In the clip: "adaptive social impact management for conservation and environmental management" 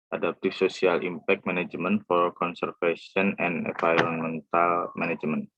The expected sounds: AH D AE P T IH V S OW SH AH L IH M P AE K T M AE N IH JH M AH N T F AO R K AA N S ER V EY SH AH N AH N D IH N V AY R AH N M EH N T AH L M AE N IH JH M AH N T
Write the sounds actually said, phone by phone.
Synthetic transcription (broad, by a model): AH D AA P T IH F S OW S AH L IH M P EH K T M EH N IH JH M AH N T F AO R K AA N S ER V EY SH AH N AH N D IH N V AY R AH N M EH N T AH L M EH N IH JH M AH N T